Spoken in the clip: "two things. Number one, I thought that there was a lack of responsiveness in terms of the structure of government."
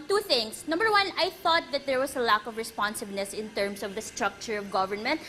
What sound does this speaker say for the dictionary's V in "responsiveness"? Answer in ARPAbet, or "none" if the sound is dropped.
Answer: B